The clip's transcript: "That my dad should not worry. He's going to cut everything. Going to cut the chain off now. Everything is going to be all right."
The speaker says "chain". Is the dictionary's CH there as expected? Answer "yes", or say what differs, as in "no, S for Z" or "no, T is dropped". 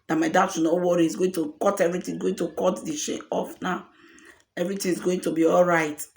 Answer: no, SH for CH